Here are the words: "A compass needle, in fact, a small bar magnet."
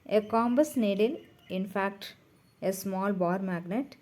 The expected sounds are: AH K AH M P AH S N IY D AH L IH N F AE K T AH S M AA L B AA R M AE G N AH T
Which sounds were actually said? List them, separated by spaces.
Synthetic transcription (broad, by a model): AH K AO M B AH S N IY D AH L IH N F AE K T AH S M AA L B AA R M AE G N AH T